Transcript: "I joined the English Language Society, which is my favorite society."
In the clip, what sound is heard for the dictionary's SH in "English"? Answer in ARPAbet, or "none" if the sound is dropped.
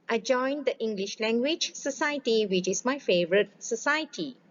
SH